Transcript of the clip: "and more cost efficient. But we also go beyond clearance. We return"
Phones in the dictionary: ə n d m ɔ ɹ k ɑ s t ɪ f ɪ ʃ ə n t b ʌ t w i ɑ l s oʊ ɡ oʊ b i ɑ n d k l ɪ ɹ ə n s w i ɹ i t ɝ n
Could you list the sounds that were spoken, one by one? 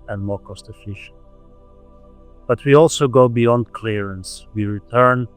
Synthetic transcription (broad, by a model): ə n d m ɔ ɹ k ɑ s t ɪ f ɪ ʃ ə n b ʌ t w i ɑ l s oʊ ɡ oʊ b i ɑ n d k l ɪ ɹ ə n s w i ɹ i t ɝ n